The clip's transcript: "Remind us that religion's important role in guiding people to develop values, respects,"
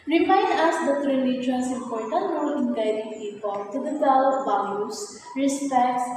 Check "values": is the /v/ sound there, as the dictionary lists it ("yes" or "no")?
no